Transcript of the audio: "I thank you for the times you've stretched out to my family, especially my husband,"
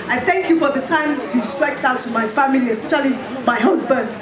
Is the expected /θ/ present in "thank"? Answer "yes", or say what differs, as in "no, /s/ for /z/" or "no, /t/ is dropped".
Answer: yes